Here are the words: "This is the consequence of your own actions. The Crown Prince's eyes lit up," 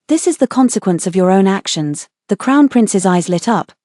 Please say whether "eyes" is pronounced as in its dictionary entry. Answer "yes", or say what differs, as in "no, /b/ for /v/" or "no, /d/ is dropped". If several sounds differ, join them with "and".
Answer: yes